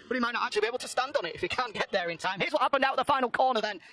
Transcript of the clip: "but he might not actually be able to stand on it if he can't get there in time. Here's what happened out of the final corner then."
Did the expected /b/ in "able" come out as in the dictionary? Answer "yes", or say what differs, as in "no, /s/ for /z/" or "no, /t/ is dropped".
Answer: no, /b/ is dropped